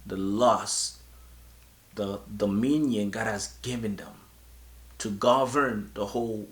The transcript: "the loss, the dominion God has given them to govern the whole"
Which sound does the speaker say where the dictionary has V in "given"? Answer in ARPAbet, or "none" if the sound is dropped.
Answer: V